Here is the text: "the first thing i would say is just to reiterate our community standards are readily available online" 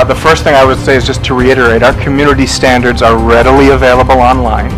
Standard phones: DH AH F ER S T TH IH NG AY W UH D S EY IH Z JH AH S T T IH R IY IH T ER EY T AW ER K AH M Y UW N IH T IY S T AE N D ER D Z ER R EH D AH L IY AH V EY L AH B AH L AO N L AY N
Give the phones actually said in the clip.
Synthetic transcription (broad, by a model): DH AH F ER S T TH IH NG AY W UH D S EY IH Z JH AH S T T IH R IY IH T ER EY T AW ER K AH M Y UW N IH T IY S T AE N D ER D Z ER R EH D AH L IY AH V EY L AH B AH L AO N L AY N